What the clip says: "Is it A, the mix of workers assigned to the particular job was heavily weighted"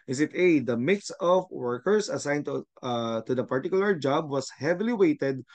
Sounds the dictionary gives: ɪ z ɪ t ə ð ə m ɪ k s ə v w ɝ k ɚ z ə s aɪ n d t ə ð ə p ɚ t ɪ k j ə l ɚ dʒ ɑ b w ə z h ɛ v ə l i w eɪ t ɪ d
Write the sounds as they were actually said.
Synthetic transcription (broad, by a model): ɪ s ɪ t ə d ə m ɪ k s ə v w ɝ k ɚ s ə s aɪ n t t ə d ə p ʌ t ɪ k j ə l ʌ dʒ ɑ b w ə s h ɛ v ə l i w eɪ t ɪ d